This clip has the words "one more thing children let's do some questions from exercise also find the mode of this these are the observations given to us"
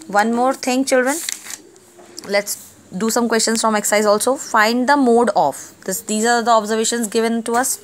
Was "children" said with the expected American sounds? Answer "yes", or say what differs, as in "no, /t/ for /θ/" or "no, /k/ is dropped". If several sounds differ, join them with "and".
yes